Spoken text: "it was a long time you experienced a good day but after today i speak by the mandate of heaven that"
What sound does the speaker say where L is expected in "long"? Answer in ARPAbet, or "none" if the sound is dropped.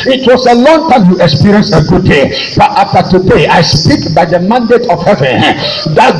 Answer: L